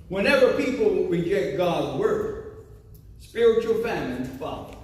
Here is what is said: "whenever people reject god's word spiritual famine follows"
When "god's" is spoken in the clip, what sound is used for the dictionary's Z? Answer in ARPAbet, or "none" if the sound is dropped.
Z